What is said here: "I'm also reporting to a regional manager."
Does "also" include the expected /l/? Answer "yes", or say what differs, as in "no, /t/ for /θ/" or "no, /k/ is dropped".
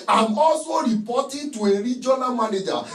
no, /l/ is dropped